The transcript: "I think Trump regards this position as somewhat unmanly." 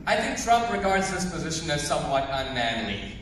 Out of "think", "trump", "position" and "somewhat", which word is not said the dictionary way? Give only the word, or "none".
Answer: none